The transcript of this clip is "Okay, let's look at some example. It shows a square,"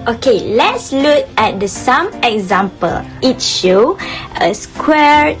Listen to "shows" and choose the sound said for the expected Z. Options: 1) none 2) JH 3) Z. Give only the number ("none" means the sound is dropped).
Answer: 1